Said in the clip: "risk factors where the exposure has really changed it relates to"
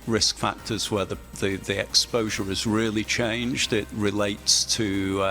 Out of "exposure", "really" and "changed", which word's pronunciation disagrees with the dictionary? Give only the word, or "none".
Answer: none